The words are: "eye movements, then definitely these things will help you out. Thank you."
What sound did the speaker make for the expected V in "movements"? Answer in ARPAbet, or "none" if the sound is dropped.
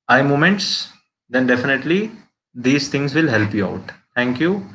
none